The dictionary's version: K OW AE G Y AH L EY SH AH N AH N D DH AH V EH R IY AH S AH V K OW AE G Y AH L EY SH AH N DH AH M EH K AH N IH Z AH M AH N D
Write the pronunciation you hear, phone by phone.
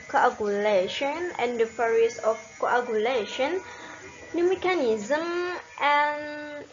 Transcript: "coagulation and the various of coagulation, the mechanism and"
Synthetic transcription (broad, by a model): K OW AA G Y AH L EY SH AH N AH N D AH F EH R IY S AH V K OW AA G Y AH L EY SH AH N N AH M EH K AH N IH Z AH M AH N